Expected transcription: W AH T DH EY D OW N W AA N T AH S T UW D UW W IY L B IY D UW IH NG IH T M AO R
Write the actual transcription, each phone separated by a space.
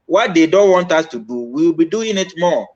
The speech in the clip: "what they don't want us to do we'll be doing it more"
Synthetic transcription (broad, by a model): W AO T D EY D OW N W AA N T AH S T UW D UW W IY W B IY D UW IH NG IH T M AO